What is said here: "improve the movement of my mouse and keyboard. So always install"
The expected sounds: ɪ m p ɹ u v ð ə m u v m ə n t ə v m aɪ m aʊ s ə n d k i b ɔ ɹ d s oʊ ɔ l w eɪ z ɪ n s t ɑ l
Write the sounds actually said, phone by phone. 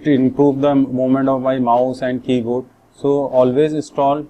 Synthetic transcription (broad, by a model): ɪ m p ɹ u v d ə m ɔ m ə n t ə v m aɪ m aʊ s ə n d k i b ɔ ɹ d s oʊ ɔ l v eɪ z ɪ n s t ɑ l